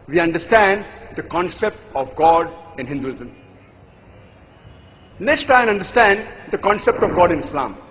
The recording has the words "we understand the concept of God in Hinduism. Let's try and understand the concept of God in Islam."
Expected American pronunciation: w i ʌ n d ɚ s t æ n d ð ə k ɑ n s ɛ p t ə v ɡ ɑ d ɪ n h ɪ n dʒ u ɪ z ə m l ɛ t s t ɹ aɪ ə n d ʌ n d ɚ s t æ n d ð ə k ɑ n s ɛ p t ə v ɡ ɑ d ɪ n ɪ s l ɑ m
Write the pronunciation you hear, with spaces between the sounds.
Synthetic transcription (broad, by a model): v i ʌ n d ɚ s t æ n d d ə k ɑ n s ɛ p t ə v ɡ ɑ d ɪ n h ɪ n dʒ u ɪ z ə m n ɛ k s t aɪ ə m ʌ n d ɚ s t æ n d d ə k ɑ n s ɛ p t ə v ɡ ɑ d ɪ n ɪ s l ɑ m